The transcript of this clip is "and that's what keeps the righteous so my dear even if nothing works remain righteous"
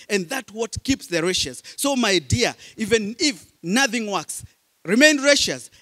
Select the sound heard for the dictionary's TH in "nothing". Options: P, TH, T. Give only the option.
TH